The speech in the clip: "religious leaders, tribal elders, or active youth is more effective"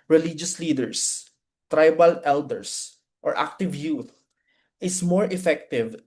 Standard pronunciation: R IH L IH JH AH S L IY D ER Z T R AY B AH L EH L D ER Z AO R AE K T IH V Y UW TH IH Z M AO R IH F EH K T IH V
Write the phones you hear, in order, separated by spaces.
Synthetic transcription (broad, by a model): R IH L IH JH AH S L IY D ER S T R AY B AH L EH L D ER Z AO R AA K T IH V Y UW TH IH S M AO R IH F EH K T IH V